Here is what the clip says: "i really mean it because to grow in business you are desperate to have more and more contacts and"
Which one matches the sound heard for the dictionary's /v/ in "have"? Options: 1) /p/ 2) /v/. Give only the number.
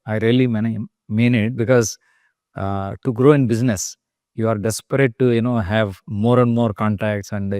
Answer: 2